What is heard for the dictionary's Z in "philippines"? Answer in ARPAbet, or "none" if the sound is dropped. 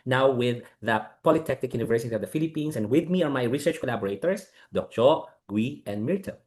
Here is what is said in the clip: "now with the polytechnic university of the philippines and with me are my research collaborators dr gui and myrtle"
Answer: S